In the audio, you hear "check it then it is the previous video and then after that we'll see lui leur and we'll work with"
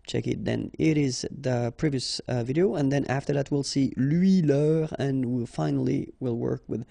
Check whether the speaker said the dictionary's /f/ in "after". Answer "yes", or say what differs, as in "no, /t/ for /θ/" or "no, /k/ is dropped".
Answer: yes